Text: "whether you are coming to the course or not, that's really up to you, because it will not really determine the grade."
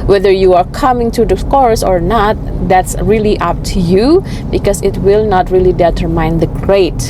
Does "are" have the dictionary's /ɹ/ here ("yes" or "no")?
yes